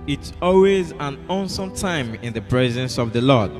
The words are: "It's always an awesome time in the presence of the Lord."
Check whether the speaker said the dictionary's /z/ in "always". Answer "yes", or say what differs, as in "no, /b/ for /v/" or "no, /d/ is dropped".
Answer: yes